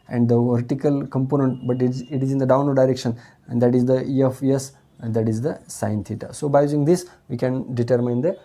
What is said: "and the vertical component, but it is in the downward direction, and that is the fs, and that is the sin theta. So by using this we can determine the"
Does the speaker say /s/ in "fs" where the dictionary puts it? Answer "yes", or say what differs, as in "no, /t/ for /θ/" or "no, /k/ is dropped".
no, /s/ is dropped